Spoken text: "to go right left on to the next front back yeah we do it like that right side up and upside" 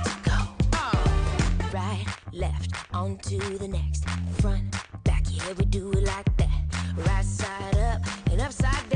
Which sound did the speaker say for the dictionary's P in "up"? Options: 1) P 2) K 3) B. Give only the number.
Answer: 1